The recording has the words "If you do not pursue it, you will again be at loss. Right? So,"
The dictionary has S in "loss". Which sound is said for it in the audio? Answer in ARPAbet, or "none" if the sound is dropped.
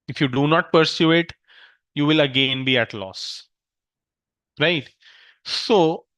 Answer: S